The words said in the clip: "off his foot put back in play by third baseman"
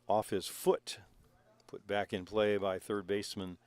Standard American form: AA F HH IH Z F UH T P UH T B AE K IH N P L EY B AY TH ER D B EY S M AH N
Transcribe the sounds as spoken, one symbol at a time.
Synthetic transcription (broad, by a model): AA F HH IH Z F UH T P UH T B AE K IH N P L EY B AY TH ER D B EY S M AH N